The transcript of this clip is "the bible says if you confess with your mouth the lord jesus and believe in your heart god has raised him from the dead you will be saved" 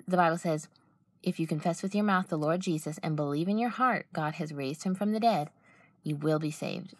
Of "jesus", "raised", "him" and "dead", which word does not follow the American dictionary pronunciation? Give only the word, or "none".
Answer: none